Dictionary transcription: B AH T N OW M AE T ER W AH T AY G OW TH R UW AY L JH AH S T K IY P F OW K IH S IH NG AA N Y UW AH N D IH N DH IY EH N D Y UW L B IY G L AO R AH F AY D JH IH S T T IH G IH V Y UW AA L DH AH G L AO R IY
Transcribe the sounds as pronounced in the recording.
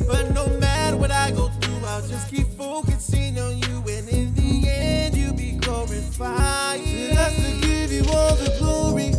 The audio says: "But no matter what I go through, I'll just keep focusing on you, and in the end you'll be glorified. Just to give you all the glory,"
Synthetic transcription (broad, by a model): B AH T N OW M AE T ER W AH T AY G OW TH R UW AY L JH AH S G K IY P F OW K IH S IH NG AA N Y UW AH N IH N DH IY EH N D Y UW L B IY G AO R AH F AY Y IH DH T S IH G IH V Y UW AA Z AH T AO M IY